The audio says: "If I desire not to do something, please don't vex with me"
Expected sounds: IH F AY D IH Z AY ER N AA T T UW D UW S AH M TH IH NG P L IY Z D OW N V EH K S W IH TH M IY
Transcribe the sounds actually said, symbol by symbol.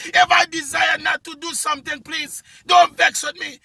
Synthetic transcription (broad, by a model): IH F AY D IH Z AY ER N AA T T UW D UW S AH M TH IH NG P L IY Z D OW N V EH K S W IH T M IY